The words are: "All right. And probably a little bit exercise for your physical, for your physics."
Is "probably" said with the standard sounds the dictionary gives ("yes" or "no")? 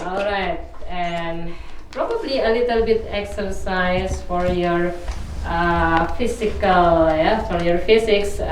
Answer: yes